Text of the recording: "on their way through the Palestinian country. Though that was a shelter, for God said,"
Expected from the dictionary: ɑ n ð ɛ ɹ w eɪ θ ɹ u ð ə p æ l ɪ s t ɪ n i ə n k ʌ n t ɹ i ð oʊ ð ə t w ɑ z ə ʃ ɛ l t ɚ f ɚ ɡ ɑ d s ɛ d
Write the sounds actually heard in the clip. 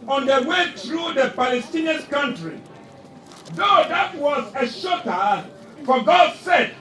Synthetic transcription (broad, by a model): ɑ n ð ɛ w eɪ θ ɹ u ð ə p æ l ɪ s t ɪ n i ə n k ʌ n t ɹ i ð oʊ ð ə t w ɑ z ə ʃ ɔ t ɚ f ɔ ɡ ɑ d s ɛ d